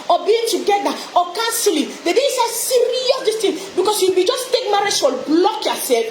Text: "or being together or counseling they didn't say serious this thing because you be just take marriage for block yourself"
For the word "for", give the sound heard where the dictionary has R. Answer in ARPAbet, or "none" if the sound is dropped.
L